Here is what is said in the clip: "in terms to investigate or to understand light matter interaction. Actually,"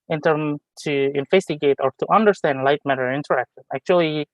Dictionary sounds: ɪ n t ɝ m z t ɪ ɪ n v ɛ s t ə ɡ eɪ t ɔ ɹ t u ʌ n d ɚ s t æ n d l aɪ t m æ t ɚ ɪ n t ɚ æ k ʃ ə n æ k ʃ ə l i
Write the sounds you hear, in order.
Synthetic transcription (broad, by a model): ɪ n t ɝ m t ɪ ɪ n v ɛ s t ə ɡ eɪ t ɔ ɹ t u ʌ n d ɚ s t æ n d l aɪ t m æ t ɚ ɪ n t ɚ æ k ʃ ə n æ k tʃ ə l i